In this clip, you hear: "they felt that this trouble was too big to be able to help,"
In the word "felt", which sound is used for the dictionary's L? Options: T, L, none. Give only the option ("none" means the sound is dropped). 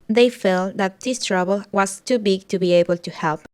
L